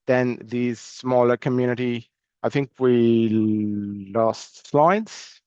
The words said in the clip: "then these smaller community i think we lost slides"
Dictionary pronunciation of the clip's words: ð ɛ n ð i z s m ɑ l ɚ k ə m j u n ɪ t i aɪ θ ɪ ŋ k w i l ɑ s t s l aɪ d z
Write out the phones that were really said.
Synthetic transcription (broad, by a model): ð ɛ n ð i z s m ɑ l ɚ k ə m j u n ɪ t i aɪ θ ɪ ŋ k w i l ɑ s t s l aɪ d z